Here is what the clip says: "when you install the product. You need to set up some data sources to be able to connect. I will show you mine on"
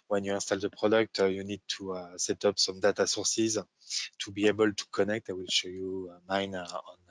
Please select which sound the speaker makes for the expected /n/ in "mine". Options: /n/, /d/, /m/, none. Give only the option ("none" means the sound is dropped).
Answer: /n/